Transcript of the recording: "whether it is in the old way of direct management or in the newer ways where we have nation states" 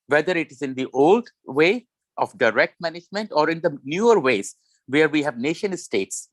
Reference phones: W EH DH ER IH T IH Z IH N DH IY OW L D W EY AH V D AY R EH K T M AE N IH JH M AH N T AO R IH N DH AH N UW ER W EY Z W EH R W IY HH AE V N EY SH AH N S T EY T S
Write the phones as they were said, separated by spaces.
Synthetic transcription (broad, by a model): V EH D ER IH T IH Z IH N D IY OW L D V EY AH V D AY R EH K T M AE N IH JH M AH N T AO R IH N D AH N UW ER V EY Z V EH R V IY HH AE V N EY SH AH N S T EY T S